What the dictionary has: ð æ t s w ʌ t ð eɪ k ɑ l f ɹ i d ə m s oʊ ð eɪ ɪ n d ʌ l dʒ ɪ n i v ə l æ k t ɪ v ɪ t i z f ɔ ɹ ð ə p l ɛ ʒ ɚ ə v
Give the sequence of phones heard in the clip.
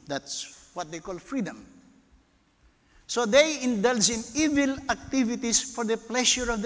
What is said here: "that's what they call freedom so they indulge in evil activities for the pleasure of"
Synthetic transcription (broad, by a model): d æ t s w ʌ t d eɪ k ɑ l f ɹ i d ə m s oʊ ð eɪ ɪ n d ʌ l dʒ ɪ n i v ə l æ k t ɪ v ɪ t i s f ɔ ɹ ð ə p l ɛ ʃ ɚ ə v